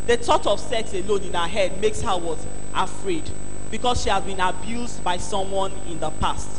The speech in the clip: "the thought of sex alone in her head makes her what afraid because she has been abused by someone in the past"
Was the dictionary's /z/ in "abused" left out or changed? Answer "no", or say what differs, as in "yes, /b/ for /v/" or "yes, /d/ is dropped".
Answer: no